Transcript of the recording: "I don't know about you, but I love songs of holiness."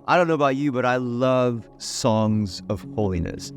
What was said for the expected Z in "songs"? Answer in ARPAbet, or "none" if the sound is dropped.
Z